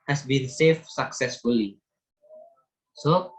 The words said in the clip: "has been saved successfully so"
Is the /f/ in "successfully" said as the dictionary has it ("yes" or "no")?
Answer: yes